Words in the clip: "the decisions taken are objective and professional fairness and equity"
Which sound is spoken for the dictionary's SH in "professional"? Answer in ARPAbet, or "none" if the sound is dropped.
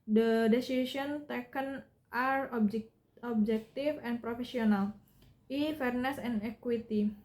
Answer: S